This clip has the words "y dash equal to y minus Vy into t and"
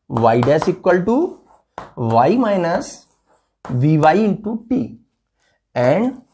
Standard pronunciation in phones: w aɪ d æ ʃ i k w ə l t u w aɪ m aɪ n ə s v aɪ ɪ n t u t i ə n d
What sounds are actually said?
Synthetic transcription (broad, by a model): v aɪ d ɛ s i k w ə l t u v aɪ m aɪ n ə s v aɪ ɪ n t u t i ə n d